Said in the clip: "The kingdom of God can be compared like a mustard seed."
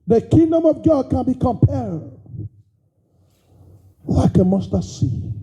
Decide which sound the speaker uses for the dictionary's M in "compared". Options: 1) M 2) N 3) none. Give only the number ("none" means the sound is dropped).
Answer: 1